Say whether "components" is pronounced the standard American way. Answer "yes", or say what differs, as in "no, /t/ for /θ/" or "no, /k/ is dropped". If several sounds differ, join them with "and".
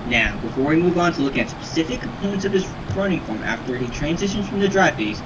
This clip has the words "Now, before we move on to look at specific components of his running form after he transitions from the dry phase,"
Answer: yes